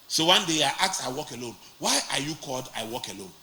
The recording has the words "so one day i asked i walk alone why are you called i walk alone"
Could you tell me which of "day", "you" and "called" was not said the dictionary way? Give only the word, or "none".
none